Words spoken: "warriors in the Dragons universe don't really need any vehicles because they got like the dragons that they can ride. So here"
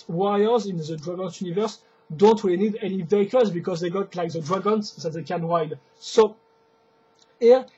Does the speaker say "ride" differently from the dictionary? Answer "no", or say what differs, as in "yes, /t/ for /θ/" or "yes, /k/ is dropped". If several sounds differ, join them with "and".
yes, /w/ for /ɹ/